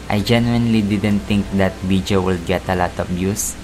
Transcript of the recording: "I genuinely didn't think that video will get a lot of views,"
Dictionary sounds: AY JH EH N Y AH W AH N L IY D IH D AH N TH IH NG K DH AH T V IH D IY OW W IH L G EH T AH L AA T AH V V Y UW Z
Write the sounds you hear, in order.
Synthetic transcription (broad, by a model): AY JH EH N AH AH N L IY D IH D AH N T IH NG K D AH T B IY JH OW W IH L G EH T AH L AA T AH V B Y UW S